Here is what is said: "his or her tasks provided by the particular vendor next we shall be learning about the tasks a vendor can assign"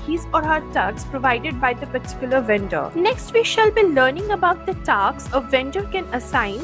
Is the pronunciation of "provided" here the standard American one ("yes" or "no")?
yes